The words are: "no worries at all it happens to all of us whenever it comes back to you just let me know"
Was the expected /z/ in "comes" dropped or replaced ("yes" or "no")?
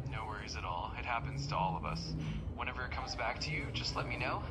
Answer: no